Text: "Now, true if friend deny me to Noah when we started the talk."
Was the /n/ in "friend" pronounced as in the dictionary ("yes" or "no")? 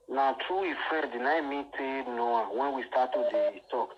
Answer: no